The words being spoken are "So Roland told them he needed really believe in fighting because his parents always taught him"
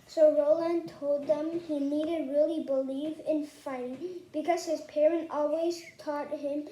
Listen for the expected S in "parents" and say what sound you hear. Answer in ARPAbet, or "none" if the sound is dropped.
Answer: none